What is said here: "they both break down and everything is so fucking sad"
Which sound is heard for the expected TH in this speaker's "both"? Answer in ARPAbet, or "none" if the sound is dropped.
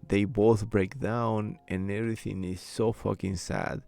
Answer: TH